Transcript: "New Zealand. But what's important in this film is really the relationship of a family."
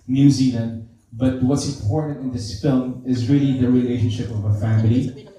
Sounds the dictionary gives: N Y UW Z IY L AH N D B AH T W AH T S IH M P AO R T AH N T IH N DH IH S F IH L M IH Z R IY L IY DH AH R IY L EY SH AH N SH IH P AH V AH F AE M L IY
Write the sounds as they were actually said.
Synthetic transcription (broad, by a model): N Y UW Z IY L AH N D B AH T W AH T S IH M P AO R T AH N T IH N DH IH S F IH L M IH Z R IY L IY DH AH R IY L EY SH AH N SH IH P AH V AH F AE M L IY